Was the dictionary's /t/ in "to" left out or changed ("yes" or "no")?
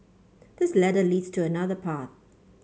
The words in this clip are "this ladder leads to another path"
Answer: no